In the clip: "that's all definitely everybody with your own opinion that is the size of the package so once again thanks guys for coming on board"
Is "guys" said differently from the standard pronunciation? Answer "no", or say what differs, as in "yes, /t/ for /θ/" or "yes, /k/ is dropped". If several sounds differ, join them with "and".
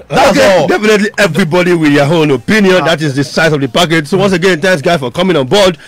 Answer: yes, /z/ is dropped